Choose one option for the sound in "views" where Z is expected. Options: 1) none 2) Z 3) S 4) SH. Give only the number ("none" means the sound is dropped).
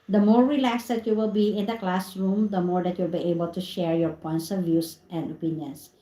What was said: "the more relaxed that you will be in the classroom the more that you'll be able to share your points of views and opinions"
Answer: 3